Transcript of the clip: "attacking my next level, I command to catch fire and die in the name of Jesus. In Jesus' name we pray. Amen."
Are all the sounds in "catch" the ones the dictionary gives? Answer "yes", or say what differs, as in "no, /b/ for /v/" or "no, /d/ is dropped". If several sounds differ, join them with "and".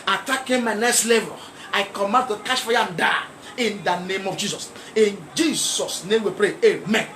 no, /ʃ/ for /tʃ/